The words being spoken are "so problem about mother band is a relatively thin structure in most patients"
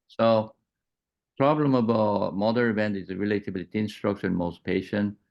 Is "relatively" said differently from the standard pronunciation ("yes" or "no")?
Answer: yes